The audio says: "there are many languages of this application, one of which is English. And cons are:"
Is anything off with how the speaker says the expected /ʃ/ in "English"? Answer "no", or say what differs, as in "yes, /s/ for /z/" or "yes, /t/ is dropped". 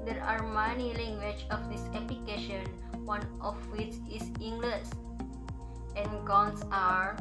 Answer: yes, /s/ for /ʃ/